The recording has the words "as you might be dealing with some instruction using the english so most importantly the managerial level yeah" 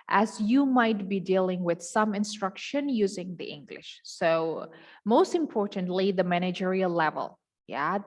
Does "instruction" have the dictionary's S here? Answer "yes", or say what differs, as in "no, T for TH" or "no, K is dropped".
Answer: yes